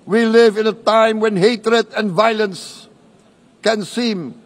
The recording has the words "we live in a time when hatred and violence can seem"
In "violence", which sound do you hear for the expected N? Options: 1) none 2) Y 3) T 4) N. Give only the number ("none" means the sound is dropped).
4